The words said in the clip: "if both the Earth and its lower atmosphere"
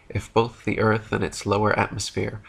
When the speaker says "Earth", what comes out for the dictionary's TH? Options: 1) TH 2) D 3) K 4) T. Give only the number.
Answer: 1